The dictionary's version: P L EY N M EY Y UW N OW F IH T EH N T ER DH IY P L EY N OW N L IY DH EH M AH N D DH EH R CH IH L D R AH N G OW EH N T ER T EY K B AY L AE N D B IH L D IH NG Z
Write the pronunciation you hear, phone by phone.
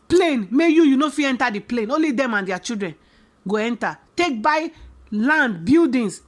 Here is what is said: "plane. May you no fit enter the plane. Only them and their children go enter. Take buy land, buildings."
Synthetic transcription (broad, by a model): P L EY N M EY Y UW N OW F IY EH N T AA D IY P L EY N OW N L IY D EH M AH N D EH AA CH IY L D R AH N G OW EH N T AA T EY K B AY L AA N D B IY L D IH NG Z